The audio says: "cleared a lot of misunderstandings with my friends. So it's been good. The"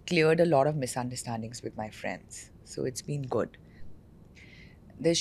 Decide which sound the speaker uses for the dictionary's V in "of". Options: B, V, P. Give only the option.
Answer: V